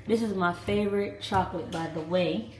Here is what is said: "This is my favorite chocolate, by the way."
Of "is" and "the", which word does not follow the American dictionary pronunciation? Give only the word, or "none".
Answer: none